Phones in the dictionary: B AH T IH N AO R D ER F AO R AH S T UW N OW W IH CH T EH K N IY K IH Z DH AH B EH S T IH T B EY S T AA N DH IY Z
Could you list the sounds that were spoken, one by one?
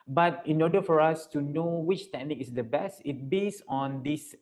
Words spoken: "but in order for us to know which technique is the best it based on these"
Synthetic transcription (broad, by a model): B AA T IH N AO D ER F AO R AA S T UW N OW W IH CH T EH K N IY K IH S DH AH B EH S T IH T B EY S AA N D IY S